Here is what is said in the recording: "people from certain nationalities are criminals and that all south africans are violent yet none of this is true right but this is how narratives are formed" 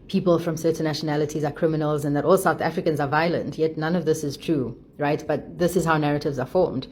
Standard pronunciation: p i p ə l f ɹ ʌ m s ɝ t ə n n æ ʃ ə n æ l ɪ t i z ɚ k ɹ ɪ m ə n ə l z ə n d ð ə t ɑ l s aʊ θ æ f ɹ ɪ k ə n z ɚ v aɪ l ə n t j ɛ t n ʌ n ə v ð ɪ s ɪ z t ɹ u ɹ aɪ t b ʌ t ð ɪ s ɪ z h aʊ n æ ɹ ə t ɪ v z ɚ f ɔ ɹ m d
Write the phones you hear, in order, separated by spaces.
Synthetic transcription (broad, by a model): p i p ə l f ɹ ʌ m s ɝ t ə n n æ ʃ ə n æ l ɪ t i z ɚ k ɹ ɪ m ə n ə l z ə n ð ə t ɑ l s aʊ θ æ f ɹ ɪ k ə n z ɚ v aɪ l ə n t j ɛ t n ʌ n ə v ð ɪ s ɪ z t ɹ u ɹ aɪ t b ʌ t ð ɪ s ɪ z h aʊ n æ ɹ ə t ɪ v z ɚ f ɔ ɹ m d